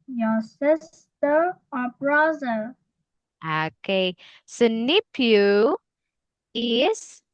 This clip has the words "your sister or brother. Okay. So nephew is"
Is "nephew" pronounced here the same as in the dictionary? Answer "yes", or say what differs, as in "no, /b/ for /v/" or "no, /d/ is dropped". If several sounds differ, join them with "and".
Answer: no, /p/ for /f/